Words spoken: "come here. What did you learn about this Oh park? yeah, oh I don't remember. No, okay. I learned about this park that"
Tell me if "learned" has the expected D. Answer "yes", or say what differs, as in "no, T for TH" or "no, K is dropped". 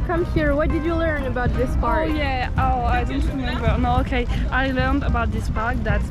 yes